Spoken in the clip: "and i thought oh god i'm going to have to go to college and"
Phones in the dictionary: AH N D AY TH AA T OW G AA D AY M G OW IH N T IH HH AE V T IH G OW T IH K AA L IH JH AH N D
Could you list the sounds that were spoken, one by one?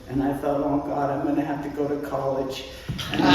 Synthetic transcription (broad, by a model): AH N AY TH AA T OW G AA D AY M G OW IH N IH HH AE F T IH G OW T IH K AA L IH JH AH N